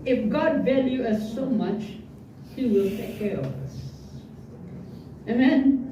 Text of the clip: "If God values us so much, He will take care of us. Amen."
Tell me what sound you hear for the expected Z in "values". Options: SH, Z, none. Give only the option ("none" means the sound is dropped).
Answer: none